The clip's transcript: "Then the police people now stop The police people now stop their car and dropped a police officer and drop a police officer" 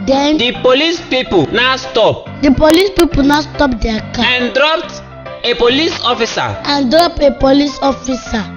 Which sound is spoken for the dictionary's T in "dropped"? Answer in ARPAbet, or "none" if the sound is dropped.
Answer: T